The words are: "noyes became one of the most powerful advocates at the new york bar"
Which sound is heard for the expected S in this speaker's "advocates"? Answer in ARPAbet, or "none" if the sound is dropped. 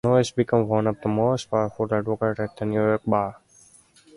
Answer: none